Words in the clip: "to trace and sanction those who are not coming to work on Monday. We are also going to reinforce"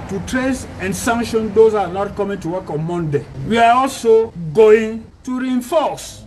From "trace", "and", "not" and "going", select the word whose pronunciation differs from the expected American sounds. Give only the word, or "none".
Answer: none